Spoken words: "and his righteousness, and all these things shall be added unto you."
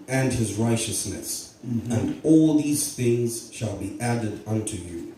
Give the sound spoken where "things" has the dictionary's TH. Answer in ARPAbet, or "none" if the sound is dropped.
TH